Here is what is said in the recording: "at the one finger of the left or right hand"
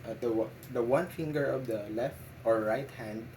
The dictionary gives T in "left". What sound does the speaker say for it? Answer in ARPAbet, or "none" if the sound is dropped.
T